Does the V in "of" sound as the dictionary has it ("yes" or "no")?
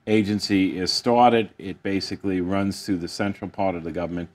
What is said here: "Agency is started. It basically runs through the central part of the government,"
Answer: yes